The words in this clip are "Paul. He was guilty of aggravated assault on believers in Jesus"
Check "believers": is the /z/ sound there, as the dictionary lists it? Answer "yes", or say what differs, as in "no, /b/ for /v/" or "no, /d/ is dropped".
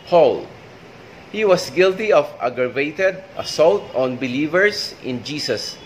no, /s/ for /z/